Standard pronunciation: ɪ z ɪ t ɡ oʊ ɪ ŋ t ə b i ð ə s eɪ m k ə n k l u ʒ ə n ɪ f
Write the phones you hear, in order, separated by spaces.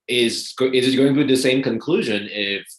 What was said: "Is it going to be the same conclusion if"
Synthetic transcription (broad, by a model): ɪ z ɪ t ɡ oʊ ɪ ŋ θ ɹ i ð ə s eɪ m k ə n k l u ʒ ə n ɪ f